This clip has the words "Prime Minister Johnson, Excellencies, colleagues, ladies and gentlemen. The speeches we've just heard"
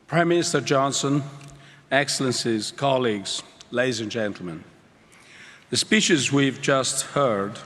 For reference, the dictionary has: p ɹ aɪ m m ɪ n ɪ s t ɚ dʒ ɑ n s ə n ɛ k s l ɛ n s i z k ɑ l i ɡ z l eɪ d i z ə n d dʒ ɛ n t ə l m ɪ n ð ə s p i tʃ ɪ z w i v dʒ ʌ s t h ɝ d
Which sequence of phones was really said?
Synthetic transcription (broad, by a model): p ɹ aɪ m m ɪ n ɪ s t ɚ dʒ ɑ n s ə n ɛ k s l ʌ n s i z k ɑ l i ɡ z l eɪ d i z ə n dʒ ɛ n t l m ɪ n ð ə s p i tʃ ɪ z w i v dʒ ʌ s t h ɝ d